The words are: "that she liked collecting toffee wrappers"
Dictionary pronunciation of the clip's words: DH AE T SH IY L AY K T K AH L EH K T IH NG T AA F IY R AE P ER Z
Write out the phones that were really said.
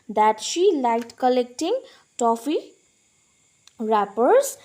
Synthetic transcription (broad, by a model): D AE T SH IY L AY T K AH L EH K T IH NG T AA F IY R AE P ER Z